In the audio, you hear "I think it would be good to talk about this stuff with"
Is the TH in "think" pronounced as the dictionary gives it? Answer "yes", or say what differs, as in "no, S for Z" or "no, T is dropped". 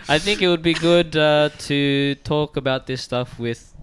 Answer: yes